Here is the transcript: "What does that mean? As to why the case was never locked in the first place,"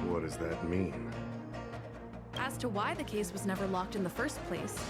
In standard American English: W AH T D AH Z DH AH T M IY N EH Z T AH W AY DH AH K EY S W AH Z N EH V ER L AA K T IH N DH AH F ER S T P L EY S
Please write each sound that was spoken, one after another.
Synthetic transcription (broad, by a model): W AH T D AH Z DH AH T M IY N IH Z T AH W AY DH AH K EY S W AH Z N EH V ER L AA K T IH N DH AH F ER S P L EY S